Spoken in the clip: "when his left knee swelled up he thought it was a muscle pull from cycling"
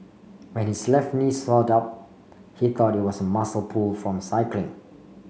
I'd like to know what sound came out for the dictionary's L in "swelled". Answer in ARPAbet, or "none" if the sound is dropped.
none